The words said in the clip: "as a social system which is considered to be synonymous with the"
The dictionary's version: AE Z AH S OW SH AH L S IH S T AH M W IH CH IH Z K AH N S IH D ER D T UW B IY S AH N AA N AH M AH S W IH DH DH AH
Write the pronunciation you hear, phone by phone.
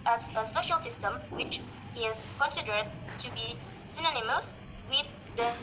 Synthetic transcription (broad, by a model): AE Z AH S OW SH AH L S IH S T AH M W IH CH IH Z K AH N S IH D ER D T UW B IY S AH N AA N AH M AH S W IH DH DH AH